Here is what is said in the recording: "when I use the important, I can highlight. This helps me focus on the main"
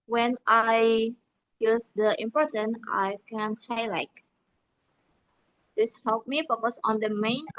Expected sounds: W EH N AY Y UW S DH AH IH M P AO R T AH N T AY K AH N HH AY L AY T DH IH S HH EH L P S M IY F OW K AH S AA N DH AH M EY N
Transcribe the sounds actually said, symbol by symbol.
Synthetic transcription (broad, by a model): W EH N AY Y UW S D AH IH M P AO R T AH N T AY K AH N HH AY L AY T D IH S HH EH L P M IY F OW K AH S AA N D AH M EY N